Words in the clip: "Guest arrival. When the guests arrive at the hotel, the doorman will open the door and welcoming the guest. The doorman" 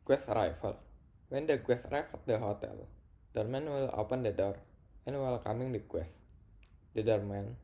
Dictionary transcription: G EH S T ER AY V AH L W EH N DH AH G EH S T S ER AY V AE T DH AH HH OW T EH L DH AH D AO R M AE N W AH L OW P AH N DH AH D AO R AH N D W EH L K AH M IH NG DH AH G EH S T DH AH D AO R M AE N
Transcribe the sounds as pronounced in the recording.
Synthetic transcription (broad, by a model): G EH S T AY F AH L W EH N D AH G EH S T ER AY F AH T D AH HH OW T EH L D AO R M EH N W AH L OW P AH N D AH D AO R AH N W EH L K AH M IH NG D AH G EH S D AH D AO R M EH N